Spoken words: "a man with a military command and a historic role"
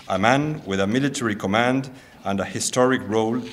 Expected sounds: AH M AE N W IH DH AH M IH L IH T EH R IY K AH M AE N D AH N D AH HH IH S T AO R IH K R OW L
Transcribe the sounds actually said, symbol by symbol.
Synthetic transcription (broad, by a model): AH M AE N W IH DH AH M IH L IH T EH R IY K AH M AE N D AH N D AH HH IH S T AO R IH K R OW L